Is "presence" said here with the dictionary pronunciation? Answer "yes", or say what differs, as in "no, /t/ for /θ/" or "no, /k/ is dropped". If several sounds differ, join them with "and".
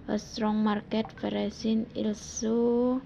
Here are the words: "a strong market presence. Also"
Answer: no, /s/ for /z/ and /s/ is dropped